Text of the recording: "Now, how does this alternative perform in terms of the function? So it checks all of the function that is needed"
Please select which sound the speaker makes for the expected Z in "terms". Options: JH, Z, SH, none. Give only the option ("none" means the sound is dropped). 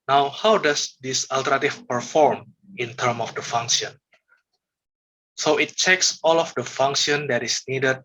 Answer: none